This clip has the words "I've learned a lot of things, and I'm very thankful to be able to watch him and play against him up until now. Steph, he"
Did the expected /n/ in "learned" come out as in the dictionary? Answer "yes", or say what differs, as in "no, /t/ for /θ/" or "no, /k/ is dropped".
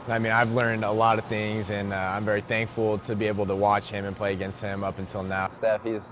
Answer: yes